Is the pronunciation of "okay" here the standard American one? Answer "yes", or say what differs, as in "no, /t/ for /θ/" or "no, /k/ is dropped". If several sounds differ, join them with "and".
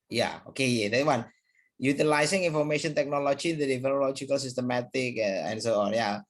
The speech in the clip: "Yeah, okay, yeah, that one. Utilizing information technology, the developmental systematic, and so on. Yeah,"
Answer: yes